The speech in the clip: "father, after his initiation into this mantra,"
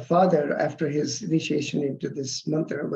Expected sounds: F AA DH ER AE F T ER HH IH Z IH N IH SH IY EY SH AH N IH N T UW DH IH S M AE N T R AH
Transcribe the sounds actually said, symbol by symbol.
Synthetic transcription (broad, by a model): F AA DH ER AE F T ER HH IH Z IH N IH SH IY EY SH AH N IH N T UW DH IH S M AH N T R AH